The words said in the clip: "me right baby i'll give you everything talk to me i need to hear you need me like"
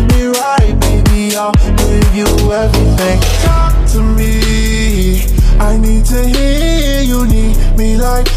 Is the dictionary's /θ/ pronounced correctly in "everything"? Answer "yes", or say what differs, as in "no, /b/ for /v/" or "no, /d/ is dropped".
yes